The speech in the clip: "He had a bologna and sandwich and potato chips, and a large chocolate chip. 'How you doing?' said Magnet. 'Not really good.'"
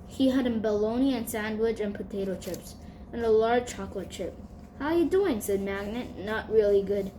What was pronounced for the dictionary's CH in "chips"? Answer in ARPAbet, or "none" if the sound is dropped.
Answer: CH